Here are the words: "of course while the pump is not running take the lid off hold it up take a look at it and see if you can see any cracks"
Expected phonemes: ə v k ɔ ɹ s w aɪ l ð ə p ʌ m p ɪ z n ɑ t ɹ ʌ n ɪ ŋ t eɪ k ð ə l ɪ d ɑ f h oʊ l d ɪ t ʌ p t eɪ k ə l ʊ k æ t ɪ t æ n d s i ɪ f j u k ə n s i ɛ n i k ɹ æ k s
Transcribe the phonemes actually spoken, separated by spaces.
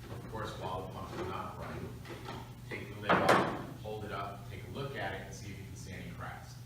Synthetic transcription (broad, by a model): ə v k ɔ ɹ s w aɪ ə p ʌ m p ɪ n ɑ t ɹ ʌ ɪ t eɪ k ð ə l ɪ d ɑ h oʊ l d ɪ t ʌ p t eɪ k ə l ʊ k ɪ t ɪ t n s i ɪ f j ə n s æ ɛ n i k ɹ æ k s